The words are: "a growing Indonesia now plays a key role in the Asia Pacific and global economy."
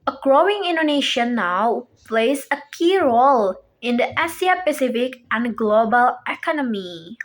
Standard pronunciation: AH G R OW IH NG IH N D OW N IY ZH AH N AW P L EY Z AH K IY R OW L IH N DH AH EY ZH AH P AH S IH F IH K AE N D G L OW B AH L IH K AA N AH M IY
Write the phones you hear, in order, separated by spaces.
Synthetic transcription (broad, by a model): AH G R OW IH NG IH N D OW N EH SH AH N AW P L EY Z AH K IY R OW L IH N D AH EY S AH P AH S IH F IH K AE N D G L OW B AH L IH K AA N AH M IY